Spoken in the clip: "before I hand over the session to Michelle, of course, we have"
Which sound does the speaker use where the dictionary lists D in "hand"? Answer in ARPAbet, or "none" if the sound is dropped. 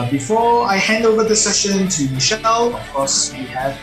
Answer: D